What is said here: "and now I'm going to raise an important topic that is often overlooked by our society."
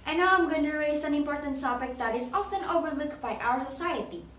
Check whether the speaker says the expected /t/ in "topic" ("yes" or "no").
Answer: no